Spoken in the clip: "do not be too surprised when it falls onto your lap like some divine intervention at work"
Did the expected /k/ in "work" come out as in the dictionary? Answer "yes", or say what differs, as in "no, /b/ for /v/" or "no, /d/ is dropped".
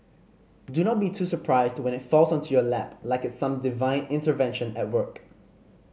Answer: yes